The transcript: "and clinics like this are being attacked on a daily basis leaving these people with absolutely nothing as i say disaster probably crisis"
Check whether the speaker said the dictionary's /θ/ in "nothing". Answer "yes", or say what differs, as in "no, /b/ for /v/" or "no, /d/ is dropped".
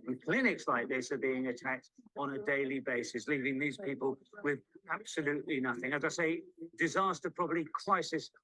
yes